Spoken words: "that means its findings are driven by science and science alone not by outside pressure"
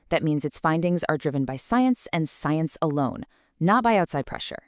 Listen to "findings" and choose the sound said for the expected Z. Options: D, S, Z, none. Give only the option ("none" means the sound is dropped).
Z